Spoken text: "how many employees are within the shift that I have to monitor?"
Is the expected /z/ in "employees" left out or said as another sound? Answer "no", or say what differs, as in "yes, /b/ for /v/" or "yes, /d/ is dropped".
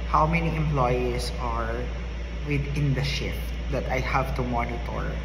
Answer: yes, /s/ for /z/